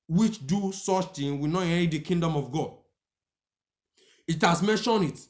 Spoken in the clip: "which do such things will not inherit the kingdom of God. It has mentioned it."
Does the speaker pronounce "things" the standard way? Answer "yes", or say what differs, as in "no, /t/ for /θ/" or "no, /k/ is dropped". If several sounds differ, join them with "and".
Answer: no, /z/ is dropped